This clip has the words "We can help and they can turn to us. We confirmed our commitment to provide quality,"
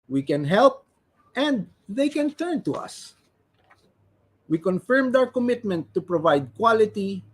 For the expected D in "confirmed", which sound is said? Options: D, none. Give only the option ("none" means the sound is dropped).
D